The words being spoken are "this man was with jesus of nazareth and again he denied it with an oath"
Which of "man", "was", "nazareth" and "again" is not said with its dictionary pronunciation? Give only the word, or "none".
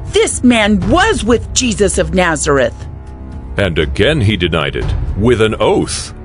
none